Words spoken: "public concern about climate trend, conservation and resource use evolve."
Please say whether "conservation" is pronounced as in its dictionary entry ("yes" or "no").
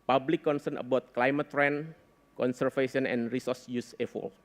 no